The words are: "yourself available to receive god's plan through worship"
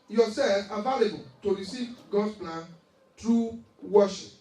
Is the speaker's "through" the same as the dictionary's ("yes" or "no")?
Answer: no